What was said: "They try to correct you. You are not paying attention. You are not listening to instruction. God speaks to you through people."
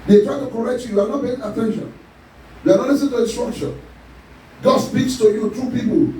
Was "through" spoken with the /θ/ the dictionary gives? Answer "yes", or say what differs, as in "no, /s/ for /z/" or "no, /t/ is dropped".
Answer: no, /t/ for /θ/